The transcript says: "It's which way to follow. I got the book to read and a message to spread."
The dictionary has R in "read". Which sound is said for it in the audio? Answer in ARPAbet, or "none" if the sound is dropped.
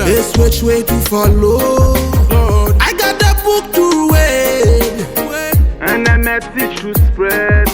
W